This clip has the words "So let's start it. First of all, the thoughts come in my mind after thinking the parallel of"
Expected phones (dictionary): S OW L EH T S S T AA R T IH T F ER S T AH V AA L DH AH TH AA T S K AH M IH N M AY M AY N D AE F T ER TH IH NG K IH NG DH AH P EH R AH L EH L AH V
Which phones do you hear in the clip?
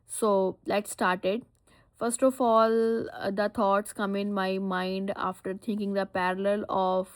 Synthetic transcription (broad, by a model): S OW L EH T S S T AA R T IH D F ER S T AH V AA L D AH T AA T S K AH M IH N M AY M AY N D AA F T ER T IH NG K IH NG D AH P EH R AH L EH L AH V